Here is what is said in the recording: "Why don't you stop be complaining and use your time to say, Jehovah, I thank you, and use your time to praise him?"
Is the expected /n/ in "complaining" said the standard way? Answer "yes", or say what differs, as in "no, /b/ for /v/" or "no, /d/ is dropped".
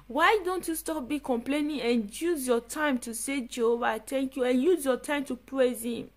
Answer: yes